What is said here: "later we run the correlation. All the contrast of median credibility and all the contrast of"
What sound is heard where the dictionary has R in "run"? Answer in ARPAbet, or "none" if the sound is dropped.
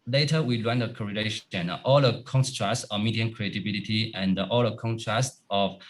L